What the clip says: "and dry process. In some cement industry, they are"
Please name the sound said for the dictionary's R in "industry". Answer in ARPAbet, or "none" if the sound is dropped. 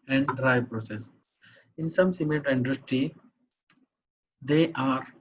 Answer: none